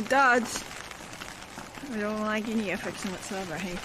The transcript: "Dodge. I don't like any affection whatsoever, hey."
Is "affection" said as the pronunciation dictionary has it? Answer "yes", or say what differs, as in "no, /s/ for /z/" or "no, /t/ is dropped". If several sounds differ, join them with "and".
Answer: no, /s/ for /ʃ/